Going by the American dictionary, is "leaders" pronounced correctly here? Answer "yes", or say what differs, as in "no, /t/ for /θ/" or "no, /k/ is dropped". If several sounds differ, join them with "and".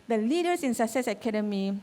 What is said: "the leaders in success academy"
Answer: no, /s/ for /z/